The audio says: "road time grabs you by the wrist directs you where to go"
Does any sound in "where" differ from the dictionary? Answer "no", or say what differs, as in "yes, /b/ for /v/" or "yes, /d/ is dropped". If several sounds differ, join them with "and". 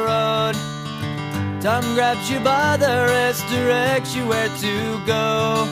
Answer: no